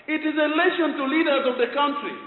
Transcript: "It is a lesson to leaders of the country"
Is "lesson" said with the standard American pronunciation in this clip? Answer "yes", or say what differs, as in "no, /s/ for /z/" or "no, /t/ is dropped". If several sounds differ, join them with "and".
no, /ʃ/ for /s/